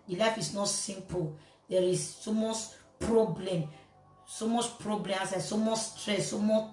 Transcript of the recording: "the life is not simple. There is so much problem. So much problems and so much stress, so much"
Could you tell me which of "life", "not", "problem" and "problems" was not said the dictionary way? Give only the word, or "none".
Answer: problems